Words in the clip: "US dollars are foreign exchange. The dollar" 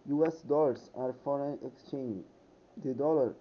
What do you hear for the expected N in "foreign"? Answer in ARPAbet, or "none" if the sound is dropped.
N